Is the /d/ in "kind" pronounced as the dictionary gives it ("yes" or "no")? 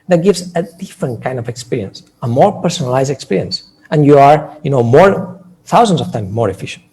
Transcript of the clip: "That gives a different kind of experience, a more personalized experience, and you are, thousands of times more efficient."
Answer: yes